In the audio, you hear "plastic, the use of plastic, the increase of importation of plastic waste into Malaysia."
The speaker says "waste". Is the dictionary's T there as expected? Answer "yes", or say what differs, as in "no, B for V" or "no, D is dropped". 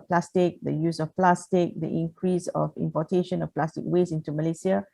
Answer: no, T is dropped